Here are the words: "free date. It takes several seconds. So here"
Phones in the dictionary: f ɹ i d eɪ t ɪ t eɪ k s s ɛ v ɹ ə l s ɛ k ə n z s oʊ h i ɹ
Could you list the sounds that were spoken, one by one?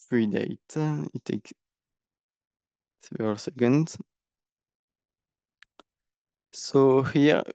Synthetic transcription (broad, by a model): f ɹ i d eɪ t ɪ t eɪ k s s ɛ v ə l s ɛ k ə n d s oʊ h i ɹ